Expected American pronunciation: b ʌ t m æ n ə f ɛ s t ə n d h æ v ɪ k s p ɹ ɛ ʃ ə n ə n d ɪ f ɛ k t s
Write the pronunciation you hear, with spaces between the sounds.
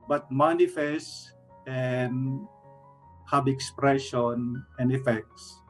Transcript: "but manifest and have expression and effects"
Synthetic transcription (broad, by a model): b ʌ t m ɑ n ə f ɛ s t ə n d h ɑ b ɪ k s p ɹ ɛ ʃ ə n ə n d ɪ f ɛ k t s